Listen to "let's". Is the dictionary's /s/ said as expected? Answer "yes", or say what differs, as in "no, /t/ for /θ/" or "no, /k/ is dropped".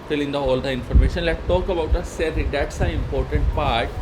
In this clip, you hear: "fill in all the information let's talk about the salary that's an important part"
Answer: no, /s/ is dropped